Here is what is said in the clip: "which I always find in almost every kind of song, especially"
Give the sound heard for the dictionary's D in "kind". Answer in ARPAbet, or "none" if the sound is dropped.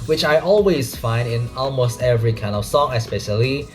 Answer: D